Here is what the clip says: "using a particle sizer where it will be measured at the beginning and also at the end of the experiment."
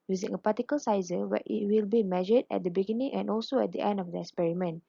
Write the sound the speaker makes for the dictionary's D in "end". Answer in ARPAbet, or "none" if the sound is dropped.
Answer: D